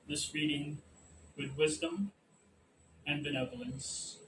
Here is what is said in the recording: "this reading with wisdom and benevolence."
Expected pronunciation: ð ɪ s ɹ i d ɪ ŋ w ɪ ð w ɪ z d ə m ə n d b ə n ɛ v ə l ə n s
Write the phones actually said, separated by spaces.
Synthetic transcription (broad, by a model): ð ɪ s ɹ i d ɪ ŋ w ɪ ð w ɪ z d ə m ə n b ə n ɛ v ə l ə n s